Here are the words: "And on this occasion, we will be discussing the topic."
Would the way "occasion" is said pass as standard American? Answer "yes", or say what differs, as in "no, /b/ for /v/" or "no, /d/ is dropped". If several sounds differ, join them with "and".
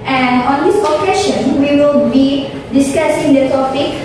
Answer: no, /ʃ/ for /ʒ/